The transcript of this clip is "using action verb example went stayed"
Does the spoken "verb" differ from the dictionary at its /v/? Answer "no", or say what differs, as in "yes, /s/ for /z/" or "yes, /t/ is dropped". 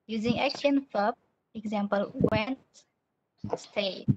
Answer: yes, /f/ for /v/